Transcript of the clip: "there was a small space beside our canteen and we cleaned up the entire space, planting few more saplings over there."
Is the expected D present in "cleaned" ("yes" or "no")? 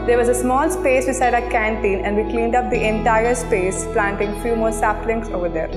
yes